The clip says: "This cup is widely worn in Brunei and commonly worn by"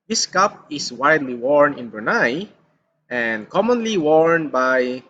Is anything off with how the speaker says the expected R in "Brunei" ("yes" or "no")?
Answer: yes